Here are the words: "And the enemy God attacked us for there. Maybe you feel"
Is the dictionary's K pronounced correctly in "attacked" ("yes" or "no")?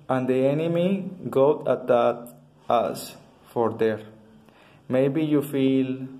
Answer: no